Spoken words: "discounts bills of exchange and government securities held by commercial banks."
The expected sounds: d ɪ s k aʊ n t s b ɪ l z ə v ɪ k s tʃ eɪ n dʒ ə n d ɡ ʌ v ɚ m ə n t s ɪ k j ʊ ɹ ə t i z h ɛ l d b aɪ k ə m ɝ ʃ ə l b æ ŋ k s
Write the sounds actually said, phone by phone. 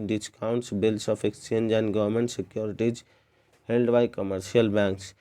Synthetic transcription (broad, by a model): d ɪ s k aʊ n t s b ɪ l s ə p ɪ k s tʃ eɪ n dʒ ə n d ɡ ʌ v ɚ m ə n t s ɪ k j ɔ ɹ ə t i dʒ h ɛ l d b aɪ k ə m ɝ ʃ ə l b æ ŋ k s